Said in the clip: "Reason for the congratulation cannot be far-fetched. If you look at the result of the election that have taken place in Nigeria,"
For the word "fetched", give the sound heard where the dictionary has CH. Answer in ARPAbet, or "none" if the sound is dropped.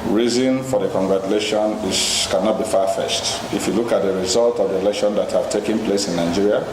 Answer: S